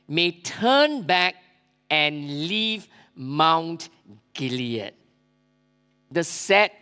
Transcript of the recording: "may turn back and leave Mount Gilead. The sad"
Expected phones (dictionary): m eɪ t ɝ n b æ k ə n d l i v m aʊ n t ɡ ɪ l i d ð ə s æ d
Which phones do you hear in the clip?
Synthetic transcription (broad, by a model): m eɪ t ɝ n b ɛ k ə n l i v m aʊ n t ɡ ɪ l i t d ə s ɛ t